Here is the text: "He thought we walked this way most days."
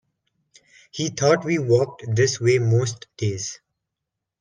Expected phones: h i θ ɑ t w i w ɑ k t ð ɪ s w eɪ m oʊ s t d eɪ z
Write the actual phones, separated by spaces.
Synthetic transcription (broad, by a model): h i t ɑ t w i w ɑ k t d ɪ s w eɪ m oʊ s t d eɪ z